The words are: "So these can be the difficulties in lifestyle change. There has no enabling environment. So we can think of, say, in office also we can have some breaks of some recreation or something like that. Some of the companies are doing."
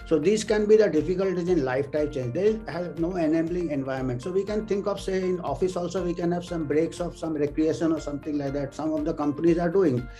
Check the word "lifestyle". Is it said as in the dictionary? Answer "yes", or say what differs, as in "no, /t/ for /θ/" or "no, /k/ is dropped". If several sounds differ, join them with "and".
no, /s/ is dropped